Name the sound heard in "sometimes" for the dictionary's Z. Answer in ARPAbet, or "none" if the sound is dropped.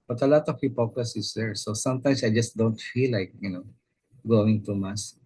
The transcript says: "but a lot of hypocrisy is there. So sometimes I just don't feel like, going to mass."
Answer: S